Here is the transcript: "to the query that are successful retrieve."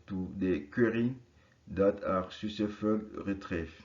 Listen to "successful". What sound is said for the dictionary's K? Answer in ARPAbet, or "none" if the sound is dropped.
none